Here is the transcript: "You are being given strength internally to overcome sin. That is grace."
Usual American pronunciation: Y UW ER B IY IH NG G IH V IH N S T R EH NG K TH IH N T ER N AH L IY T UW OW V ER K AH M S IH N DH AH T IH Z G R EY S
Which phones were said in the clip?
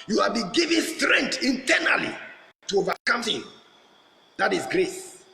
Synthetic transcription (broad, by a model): Y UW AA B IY G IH V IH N S T R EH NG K T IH N T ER N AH L IY T UW OW V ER K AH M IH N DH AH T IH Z G R EY S